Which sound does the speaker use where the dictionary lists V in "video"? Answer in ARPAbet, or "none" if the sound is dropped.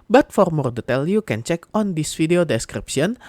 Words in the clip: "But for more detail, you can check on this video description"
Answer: F